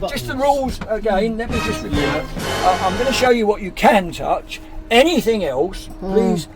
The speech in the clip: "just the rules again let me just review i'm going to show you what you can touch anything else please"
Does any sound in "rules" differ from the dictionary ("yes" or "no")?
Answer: no